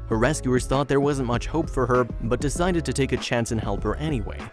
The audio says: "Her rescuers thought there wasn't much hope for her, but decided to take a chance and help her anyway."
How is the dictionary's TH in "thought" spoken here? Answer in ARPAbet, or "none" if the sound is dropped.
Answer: TH